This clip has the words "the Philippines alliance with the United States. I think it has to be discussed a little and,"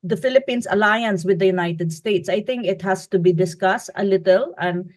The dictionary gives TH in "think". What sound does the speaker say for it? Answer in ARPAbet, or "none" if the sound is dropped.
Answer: T